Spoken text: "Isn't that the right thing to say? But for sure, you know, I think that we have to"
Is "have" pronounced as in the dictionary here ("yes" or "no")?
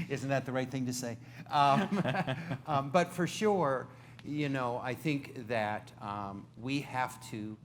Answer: no